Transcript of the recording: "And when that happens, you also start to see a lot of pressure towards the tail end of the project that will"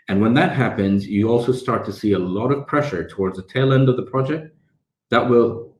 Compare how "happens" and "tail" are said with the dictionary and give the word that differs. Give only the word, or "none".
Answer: none